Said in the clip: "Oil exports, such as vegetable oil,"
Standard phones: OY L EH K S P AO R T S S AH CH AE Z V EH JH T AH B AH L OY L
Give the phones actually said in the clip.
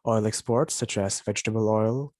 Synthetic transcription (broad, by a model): OY L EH K S P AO R T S S AH CH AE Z V EH JH T AH B AH L OY L